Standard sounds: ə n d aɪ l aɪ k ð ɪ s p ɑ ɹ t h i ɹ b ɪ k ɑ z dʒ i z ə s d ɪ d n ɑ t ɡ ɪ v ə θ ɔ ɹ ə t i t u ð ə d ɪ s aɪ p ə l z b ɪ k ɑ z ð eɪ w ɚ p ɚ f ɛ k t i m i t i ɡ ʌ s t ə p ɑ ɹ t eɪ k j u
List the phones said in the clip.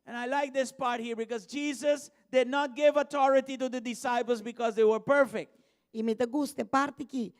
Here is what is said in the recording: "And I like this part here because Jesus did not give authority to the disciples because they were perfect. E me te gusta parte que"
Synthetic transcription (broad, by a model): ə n aɪ l aɪ k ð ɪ s p ɑ ɹ t h i ɹ b ɪ k ɑ z dʒ i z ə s d ɪ d n ɑ t ɡ ɪ v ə t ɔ ɹ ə t i t u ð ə d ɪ s aɪ p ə l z b ɪ k ɑ z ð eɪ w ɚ p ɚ f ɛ k t i m i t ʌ ɡ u s t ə p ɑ ɹ t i k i